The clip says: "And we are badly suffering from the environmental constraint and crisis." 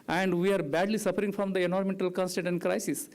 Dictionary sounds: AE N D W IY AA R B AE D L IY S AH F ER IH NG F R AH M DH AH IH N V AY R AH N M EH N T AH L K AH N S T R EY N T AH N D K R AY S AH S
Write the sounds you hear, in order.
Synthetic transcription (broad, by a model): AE N D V IY AA R B AE D L IY S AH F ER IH NG F R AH M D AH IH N AO R M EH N T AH L K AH N S T EY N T AH N D K R AY S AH S